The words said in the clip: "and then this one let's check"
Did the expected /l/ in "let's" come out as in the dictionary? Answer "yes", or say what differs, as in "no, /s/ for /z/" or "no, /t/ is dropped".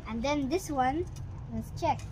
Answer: no, /w/ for /l/